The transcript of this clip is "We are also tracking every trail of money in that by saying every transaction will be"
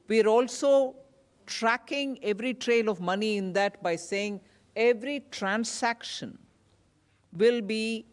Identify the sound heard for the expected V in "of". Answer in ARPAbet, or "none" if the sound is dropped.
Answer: V